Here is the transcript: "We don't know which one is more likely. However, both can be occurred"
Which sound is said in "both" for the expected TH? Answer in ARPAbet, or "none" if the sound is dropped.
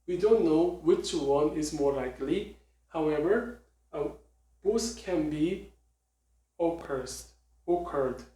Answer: S